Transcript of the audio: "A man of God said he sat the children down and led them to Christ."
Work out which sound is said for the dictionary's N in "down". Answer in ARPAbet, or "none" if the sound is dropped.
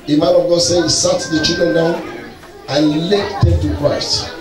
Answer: N